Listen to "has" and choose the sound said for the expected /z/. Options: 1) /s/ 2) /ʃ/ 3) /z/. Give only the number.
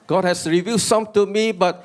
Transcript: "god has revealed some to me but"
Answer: 1